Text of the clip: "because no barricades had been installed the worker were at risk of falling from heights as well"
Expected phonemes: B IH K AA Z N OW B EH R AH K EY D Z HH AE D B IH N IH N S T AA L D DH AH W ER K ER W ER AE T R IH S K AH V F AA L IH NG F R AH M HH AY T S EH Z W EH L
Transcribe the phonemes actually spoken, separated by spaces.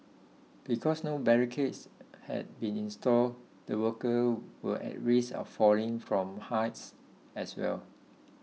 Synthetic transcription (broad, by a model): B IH K AA S N OW B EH R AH K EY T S HH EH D B IH N IH N S T AA L D AH W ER K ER W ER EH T R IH S AH F F AA L IH NG F R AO M HH AY T S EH S W EH L